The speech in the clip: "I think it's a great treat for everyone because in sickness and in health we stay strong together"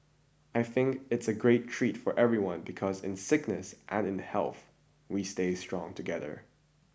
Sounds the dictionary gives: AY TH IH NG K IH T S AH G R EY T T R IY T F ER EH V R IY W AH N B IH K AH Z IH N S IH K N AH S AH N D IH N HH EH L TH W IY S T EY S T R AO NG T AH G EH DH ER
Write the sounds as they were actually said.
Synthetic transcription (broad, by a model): AY TH IH NG K IH T S AH G R EY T T R IY T F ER EH V R IY W AH N B IH K AH Z IH N S IH K N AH S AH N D IH N HH EH L TH W IY S T EY S T R AO NG T AH G EH DH ER